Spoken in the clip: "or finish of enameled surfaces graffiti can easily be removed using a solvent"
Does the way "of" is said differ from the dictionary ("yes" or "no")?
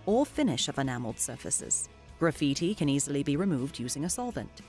no